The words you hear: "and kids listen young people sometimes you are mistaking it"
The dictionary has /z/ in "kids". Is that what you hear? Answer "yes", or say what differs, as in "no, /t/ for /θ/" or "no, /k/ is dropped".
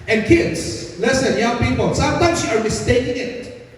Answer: no, /s/ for /z/